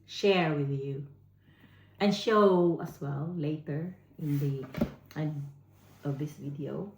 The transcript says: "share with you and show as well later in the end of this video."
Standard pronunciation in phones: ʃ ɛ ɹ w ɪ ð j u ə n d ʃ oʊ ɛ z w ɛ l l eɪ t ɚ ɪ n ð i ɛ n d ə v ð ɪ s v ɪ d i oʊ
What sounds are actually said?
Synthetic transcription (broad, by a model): ʃ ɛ ɹ w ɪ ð j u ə n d ʃ oʊ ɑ s w ɛ l l eɪ t ɚ ɪ n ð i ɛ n ə v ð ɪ s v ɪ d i oʊ